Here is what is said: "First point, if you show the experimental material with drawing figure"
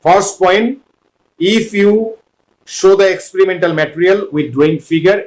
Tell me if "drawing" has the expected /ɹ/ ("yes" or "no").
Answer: no